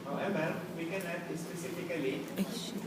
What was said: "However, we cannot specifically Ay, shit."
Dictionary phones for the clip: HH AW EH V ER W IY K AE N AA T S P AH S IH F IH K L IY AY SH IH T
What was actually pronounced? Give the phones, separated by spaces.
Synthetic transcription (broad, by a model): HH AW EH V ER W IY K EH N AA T S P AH S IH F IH K IY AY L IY